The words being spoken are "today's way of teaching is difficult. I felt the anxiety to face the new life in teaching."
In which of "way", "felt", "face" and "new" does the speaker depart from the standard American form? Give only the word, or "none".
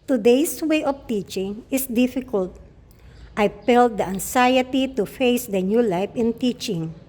felt